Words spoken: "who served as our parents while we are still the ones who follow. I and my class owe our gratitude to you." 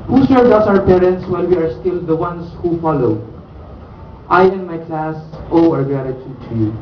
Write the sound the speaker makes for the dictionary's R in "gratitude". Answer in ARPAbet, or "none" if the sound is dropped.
none